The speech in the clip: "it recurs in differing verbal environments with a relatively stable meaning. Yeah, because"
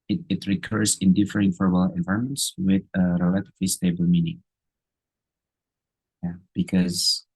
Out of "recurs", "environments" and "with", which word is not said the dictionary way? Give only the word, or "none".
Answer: environments